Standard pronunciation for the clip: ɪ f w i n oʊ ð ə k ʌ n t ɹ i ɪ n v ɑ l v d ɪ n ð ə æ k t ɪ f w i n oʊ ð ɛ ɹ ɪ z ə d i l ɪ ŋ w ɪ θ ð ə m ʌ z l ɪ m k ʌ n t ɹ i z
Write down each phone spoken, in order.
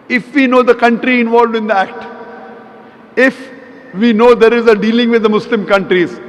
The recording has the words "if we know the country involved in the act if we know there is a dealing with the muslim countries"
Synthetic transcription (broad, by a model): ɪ f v i n oʊ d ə k ʌ n t ɹ i ɪ n v ɑ l v d ɪ n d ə æ k t ɪ f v i n oʊ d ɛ ɹ ɪ z ə d i l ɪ ŋ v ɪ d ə m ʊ s l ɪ m k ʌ n t ɹ i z